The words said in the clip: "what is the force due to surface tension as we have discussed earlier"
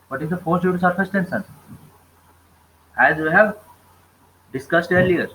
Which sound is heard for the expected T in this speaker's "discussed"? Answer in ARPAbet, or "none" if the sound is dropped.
T